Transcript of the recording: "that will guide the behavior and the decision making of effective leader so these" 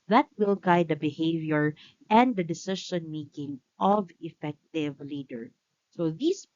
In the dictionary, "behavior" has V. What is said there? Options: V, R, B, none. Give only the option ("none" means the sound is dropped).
V